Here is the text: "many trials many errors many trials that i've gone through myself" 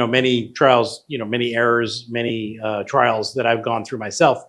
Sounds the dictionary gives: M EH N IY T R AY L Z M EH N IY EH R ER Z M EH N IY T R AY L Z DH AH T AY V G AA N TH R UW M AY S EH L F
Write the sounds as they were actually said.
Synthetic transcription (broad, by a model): M EH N IY T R AY L Z M EH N IY EH R ER Z M EH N IY T R AY L Z DH AH T AY V G AA N TH R UW M AY S EH L F